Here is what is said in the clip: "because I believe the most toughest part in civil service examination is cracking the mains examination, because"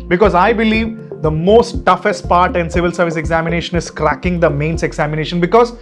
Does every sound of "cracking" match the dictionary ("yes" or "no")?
yes